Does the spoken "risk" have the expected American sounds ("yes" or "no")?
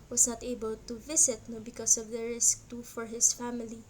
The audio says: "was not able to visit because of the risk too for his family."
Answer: yes